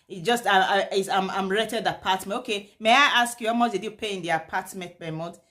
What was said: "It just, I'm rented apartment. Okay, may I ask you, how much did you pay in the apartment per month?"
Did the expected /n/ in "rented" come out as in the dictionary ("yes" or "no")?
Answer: no